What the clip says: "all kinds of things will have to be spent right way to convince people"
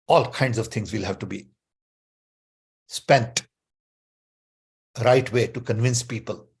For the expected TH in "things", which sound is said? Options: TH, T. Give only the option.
T